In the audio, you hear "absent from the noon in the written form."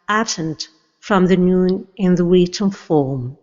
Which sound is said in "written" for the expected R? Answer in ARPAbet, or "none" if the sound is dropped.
W